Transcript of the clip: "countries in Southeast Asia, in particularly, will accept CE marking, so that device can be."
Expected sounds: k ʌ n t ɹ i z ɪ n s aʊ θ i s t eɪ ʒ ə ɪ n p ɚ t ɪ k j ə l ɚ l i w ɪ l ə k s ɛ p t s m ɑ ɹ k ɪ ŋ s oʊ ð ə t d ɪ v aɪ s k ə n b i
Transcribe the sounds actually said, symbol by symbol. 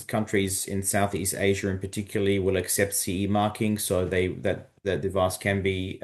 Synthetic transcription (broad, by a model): k ʌ n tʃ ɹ i z ɪ n s aʊ θ i s t eɪ ʒ ə ɪ n p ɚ t ɪ k j l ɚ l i w ɪ l ə k s ɛ p t s m ɑ ɹ k ɪ ŋ s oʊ ð ə t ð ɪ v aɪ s k ə n b i